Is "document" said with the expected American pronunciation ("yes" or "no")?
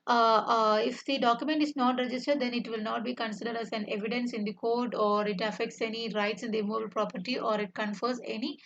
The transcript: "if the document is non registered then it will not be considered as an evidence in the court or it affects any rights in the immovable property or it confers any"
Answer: yes